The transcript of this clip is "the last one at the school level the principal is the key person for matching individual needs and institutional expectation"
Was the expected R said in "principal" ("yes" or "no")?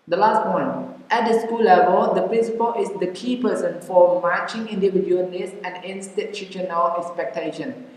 yes